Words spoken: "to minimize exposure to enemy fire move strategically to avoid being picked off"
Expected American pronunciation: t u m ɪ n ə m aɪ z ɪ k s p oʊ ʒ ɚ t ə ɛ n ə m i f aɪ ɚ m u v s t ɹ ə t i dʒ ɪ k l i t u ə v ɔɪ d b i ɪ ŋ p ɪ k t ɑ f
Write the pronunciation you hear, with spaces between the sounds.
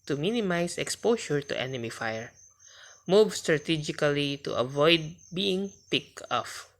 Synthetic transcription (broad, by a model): t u m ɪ n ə m aɪ s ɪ k s p oʊ ʃ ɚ t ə ɛ n ə m i f aɪ ɚ m u v s t ɹ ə t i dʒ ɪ k l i t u ə v ɔɪ d b i ɪ ŋ p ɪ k ɑ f